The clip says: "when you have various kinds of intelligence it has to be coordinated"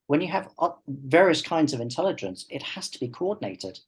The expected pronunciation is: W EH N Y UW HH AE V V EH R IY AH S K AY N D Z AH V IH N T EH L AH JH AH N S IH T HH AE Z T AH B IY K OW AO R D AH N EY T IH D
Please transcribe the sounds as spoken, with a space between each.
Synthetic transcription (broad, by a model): W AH N Y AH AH V V EH R IY AH S K AY N D Z AH V IH N T EH L AH JH AH N S IH T HH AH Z T AH B IY K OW AO D N EY T IH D